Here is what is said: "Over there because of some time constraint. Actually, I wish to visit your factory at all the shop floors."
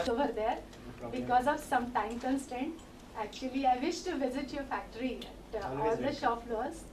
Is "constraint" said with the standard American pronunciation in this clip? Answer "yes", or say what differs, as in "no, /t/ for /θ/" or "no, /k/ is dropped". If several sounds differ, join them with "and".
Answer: no, /ɹ/ is dropped